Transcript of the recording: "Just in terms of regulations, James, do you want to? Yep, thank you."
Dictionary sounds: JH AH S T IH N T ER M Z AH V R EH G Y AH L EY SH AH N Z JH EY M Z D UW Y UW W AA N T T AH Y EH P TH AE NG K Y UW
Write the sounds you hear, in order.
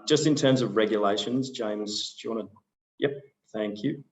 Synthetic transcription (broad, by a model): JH AH S T IH N T ER M Z AH V R EH G Y AH L EY SH AH N Z JH EY M Z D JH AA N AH Y EH P TH AE NG K Y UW